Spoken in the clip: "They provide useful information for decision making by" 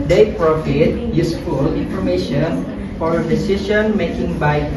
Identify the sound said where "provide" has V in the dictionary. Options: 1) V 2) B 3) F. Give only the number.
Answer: 3